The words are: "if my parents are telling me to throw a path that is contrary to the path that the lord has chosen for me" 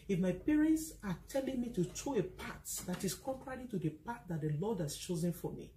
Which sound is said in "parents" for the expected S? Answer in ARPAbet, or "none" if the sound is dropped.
S